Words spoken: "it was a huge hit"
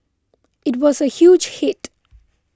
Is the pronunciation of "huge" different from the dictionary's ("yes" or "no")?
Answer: no